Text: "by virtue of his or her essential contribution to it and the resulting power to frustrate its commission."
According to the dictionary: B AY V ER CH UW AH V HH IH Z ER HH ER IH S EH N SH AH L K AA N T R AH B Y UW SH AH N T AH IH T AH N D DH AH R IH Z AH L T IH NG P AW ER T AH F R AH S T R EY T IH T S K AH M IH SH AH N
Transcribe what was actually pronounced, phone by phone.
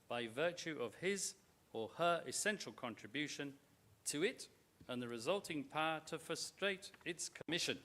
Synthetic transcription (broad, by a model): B AY V ER CH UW AH V IH Z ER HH ER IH S EH N SH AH L K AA N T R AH B Y UW SH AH N T AH IH T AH N DH AH R IH Z AH L T IH NG P AW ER T AH F R AH S T R EY T IH T S K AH M IH SH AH N